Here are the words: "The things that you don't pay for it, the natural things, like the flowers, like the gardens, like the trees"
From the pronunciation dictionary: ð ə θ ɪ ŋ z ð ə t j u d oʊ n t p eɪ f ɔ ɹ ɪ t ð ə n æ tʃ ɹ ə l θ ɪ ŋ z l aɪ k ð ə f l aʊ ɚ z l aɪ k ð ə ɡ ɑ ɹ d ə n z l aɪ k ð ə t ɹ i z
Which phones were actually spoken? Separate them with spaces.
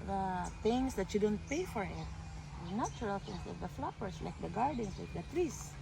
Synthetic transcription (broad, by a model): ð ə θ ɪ ŋ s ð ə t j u d oʊ n t p eɪ f ɔ ɹ ɪ t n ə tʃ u ɹ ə l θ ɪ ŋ s l aɪ k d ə f l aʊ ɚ s l aɪ k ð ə ɡ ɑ ɹ d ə n s l aɪ k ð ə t ɹ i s